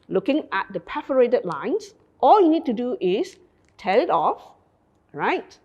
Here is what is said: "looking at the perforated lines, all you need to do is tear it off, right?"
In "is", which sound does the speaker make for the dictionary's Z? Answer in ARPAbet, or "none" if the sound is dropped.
S